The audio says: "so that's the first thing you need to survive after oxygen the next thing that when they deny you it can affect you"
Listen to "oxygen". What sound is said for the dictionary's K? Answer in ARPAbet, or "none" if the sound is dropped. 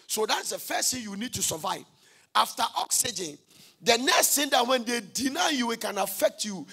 K